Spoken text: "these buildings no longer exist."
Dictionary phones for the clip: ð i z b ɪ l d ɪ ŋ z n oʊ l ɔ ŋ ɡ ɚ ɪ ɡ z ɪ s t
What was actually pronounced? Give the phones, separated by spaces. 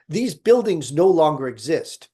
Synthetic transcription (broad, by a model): ð i z b ɪ l d ɪ ŋ z n oʊ l ɔ ŋ ɡ ɚ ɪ ɡ z ɪ s t